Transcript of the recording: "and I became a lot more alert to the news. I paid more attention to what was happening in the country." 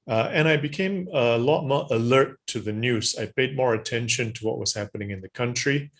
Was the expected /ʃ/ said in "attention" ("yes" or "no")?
yes